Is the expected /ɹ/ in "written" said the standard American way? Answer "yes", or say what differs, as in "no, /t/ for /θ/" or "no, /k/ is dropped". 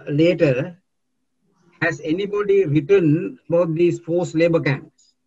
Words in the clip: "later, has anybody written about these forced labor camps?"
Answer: yes